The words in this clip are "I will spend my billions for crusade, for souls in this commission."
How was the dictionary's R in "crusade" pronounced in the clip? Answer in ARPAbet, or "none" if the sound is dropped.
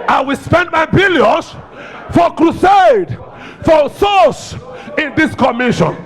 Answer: R